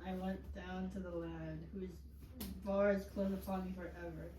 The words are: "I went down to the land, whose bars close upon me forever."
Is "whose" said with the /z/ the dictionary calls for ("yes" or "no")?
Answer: yes